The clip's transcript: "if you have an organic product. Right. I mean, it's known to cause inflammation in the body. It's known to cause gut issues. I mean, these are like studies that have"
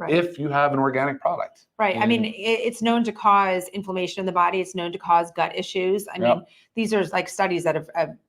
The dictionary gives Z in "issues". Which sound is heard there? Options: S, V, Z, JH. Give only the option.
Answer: Z